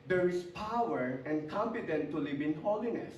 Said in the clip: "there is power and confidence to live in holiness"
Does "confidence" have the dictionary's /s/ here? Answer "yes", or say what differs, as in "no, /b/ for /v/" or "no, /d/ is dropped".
no, /s/ is dropped